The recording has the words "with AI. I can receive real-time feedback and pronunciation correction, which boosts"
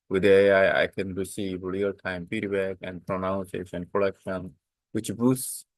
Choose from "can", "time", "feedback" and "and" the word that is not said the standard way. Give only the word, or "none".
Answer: feedback